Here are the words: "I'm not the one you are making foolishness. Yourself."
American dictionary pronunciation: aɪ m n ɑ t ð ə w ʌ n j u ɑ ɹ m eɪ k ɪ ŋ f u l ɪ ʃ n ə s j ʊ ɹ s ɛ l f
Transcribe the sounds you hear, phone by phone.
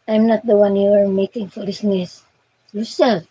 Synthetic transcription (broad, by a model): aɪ m n ɑ t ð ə w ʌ n j u ɑ ɹ m eɪ k ɪ ŋ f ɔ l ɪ s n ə s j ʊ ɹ s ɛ l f